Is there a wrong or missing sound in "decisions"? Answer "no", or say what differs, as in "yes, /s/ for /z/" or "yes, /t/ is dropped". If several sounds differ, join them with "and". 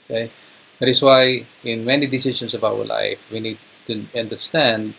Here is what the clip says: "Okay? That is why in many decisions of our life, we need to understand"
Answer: yes, /s/ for /ʒ/ and /s/ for /z/